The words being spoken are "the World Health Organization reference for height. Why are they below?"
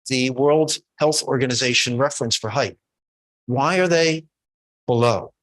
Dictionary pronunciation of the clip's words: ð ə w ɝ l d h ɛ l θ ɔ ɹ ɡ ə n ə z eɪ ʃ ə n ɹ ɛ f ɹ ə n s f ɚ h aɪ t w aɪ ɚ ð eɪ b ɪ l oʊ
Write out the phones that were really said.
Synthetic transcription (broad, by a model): ð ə w ɝ l d h ɛ l θ ɔ ɹ ɡ ə n ə z eɪ ʃ ə n ɹ ɛ f ɹ ə n s f ɚ h aɪ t w aɪ ɚ ð eɪ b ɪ l oʊ